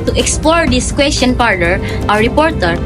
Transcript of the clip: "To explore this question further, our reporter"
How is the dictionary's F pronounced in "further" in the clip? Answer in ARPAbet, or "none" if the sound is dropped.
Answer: P